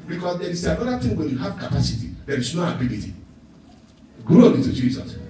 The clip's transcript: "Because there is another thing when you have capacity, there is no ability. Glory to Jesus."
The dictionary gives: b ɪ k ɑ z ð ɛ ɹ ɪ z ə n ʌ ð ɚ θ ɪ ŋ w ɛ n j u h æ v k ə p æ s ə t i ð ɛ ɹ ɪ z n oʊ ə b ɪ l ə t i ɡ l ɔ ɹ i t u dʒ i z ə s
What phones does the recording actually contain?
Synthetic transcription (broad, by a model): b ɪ k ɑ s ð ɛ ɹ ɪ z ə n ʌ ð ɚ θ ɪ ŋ w ɛ n j u h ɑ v k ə p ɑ s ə t i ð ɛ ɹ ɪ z n oʊ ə b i l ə t i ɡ ɔ i t u dʒ i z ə s